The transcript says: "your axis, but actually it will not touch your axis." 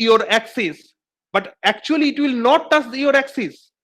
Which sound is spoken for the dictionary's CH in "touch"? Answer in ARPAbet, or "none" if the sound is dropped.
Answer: S